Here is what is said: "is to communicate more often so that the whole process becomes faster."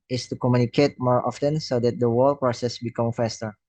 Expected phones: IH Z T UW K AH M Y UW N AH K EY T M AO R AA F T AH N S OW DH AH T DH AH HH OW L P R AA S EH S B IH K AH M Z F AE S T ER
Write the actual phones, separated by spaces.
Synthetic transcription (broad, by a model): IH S T UW K AH M Y UW N AH K EY T M AO R AA F T AH N S OW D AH T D AH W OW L P R AA S EH S B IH K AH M F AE S T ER